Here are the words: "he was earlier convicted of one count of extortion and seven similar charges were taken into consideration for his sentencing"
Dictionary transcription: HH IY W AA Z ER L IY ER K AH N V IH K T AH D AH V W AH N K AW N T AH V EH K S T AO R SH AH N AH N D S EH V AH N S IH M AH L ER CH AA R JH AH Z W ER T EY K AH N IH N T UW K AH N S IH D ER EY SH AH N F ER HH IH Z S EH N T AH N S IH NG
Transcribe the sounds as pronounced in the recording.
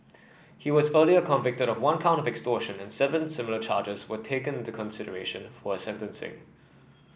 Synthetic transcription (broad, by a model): HH IY W AA Z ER L IY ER K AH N V IH K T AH D AH V W AH N K AW N T AH V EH K S T AO SH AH N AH N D S EH V AH N S IH M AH L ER CH AA JH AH Z W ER T EY K AH N IH N T UW K AH N S IH D ER EY SH AH N F ER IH S EH N T AH N S IH NG